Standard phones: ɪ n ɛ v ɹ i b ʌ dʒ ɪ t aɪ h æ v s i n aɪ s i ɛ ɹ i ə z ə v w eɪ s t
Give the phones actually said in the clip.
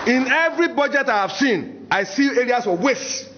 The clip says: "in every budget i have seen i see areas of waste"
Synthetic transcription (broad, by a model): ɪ n ɛ v ɹ i b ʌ dʒ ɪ t aɪ h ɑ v s i n aɪ s i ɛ ɹ i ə s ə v w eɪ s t